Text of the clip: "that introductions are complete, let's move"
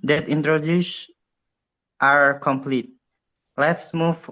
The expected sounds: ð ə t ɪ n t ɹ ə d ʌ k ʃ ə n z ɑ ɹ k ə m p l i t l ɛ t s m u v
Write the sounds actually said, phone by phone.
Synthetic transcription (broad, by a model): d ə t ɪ n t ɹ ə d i ʃ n ɑ ɹ k ə m p l i t l ɛ t s m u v